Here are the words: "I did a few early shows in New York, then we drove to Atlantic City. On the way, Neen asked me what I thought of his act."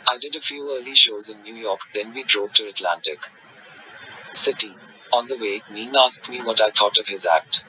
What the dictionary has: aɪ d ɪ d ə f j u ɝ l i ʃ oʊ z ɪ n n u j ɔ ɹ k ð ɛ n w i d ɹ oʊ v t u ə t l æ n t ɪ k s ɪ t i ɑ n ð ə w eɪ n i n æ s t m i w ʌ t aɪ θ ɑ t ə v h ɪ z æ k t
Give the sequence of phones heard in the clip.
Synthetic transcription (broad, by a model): aɪ d ɪ d ə f j u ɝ l i ʃ oʊ z ɪ n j u j ɔ ɹ k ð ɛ n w i d ɹ oʊ v t u ə t l æ n t ɪ k s ɪ t i ɑ n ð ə w eɪ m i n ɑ s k m i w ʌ t aɪ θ ɑ t ə v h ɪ z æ k t